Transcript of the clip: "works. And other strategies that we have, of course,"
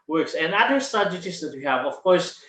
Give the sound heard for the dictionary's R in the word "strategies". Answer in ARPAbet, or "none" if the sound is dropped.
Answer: none